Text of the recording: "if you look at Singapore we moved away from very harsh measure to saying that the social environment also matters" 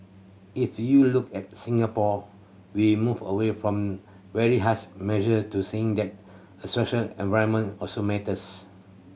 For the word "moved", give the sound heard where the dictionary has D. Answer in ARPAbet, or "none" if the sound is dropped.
none